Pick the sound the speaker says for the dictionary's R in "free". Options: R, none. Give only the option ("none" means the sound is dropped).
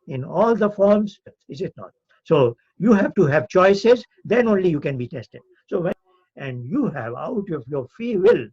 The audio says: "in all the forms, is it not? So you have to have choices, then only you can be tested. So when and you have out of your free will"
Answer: none